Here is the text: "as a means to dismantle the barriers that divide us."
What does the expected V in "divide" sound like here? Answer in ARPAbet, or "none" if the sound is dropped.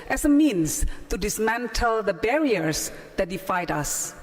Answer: F